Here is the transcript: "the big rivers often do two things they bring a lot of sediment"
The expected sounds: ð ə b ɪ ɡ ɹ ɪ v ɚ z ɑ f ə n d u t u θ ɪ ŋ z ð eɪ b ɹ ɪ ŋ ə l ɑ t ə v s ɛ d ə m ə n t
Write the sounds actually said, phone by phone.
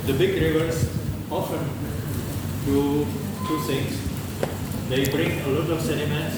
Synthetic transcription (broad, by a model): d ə b ɪ ɡ ɹ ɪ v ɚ s ɑ f ə n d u t u s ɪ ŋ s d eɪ b ɹ ɪ ŋ ə l ɑ t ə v s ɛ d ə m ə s